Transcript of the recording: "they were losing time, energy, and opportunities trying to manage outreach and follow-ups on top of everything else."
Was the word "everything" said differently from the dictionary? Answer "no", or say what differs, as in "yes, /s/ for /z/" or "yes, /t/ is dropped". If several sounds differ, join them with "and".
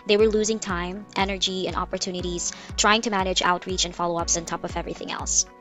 no